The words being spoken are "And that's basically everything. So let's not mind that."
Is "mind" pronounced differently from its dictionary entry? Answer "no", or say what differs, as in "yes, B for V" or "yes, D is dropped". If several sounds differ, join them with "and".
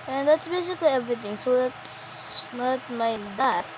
yes, N is dropped